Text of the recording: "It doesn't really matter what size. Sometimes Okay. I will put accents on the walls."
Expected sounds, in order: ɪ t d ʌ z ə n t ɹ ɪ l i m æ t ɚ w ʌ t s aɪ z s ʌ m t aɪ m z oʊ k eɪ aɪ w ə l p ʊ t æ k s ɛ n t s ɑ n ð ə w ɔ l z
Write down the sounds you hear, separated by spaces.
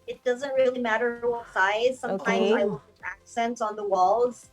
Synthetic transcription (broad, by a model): ɪ t d ʌ z ə n t ɹ ɪ l i m æ t ɚ w ʌ t s aɪ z s ʌ m t aɪ m z aɪ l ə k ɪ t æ k s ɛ n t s n ð ə w ɔ l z